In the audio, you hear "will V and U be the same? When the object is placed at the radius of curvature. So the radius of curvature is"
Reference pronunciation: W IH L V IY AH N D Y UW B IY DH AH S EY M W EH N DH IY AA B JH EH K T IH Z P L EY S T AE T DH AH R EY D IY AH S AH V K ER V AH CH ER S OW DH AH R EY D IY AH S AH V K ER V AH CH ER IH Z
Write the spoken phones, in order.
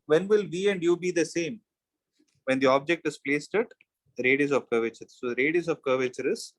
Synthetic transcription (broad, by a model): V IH L V IY AH N D Y UW B IY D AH S EY M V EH N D IY AA B JH EH K T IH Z P L EY S T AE T R EY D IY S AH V K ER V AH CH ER S OW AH R EY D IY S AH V K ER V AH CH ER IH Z